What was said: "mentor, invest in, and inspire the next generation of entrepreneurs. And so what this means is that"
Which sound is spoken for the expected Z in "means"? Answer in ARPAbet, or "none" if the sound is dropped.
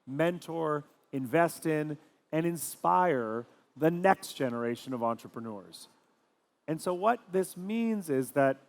Z